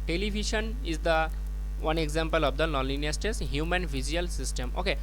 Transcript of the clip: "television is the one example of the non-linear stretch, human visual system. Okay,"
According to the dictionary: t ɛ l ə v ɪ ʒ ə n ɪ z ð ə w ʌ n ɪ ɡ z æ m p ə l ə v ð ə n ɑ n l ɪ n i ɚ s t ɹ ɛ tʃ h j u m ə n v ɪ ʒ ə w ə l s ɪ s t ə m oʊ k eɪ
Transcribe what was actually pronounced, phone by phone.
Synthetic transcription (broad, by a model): t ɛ l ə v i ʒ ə n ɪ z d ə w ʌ n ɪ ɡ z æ m p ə l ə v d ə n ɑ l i n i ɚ s t ɛ s h j u m ə n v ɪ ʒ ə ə l s ɪ s t ə m oʊ k eɪ